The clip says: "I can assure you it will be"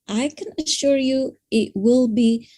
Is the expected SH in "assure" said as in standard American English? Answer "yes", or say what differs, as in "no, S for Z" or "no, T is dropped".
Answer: yes